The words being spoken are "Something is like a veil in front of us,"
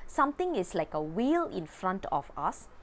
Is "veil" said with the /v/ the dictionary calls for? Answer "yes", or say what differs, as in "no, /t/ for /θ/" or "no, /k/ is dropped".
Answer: no, /w/ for /v/